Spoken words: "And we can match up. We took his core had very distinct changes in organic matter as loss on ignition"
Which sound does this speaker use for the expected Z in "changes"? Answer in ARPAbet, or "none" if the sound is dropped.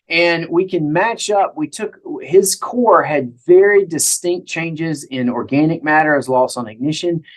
Z